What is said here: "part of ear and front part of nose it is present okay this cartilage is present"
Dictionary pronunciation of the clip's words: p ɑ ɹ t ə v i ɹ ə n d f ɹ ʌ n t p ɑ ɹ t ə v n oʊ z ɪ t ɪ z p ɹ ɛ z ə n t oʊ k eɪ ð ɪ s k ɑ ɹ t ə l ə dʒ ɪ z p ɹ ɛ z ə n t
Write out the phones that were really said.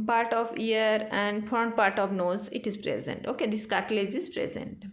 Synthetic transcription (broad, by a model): p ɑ ɹ t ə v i ɹ ə n d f ʌ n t p ɑ ɹ t ə v n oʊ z ɪ t ɪ z p ɹ ɛ z ə n t oʊ k eɪ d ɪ s k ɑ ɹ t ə l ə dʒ ɪ z p ɹ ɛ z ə n t